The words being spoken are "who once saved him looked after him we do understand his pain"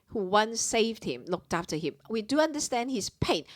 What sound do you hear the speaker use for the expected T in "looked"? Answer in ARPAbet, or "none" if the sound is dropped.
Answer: T